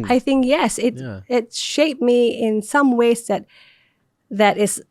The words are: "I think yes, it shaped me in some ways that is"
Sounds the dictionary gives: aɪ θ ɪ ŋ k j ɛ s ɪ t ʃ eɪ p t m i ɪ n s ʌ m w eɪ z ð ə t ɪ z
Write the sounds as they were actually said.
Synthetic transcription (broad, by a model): aɪ θ ɪ ŋ k j ɛ s ɪ t ʃ eɪ p m i ɪ n s ʌ m w eɪ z ð ə t ɪ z